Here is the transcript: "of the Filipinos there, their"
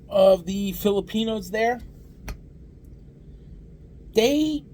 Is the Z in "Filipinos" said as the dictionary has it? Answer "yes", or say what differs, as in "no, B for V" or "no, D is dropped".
yes